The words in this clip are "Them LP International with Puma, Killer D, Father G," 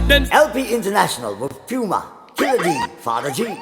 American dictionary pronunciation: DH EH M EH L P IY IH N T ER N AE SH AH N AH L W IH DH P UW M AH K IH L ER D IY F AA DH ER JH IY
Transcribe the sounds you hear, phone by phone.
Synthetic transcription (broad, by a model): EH EH L P IY IH N T ER N AE SH AH N AH L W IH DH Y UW M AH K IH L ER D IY F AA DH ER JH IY